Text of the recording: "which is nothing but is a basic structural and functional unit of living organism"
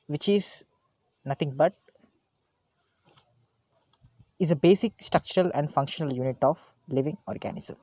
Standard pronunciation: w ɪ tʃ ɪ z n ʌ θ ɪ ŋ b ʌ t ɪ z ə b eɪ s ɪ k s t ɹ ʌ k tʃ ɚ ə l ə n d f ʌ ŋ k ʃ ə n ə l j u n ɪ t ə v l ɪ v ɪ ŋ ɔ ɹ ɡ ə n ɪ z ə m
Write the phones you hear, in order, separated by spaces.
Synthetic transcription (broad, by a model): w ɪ tʃ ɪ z n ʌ t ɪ ŋ b ʌ t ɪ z ə b eɪ s ɪ k s t ɹ ʌ k tʃ ɚ ə l ə n d f ʌ ŋ k ʃ ə n ə l j u n ɪ t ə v l ɪ v ɪ ŋ ɔ ɹ ɡ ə n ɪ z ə m